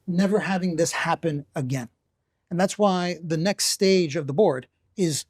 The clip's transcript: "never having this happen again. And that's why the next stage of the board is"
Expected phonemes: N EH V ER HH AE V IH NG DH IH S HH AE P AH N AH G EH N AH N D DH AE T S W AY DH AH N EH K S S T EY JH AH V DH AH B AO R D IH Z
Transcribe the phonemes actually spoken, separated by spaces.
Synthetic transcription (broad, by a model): N EH V ER HH AE V IH NG DH IH S HH AE P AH N AH G EH N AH N DH AE T S W AY DH AH N EH K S S T EY JH AH V DH AH B AO R D IH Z